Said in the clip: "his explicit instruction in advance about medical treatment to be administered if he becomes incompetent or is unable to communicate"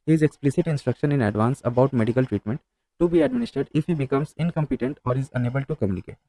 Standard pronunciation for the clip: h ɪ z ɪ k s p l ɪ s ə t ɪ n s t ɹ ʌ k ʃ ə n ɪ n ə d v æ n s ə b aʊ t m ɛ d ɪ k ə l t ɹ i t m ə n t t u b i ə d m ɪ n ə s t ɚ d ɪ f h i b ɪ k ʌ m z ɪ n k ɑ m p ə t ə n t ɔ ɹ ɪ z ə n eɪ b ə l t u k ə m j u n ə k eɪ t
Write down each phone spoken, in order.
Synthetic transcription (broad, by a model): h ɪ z ɪ k s p l ɪ s ə t ɪ n s t ɹ ʌ k ʃ ə n ɪ n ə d v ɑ n s ə b aʊ t m ɛ d ɪ k ə l t ɹ i t m ə n t t u b i ə d m ɪ n ə s t ɚ d ɪ f h i b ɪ k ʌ m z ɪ n k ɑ m p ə t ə n t ɔ ɹ ɪ z ə n eɪ b ə l t u k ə m j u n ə k eɪ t